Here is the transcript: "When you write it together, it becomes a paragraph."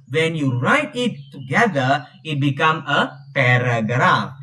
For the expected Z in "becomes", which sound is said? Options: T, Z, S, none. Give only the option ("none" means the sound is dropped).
none